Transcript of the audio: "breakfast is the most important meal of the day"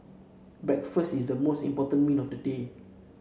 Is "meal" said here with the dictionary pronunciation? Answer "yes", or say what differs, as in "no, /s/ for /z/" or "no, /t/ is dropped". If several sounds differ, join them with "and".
no, /n/ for /l/